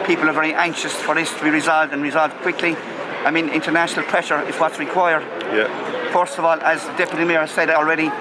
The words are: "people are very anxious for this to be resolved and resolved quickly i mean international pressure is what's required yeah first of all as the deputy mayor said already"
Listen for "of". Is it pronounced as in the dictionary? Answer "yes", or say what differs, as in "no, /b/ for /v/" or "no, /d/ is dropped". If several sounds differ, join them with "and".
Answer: yes